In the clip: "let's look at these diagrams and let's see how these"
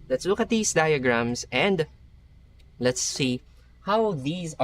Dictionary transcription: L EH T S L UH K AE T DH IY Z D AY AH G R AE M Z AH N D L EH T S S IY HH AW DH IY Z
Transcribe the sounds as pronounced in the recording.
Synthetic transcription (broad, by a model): L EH T S L UH K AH T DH IY S D AY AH G R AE M S AH N D L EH T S S IY HH AW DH IY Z